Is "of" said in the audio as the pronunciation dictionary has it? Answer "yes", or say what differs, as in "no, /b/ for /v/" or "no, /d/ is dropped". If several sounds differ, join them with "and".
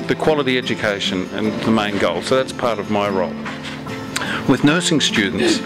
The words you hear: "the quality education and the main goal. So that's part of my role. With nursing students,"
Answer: yes